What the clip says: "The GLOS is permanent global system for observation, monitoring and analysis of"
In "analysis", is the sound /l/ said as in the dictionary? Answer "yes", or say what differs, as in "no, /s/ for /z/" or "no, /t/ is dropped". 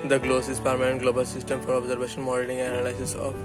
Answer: no, /l/ is dropped